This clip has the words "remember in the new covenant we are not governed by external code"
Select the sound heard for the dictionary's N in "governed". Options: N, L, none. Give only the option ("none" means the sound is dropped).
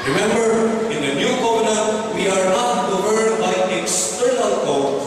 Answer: none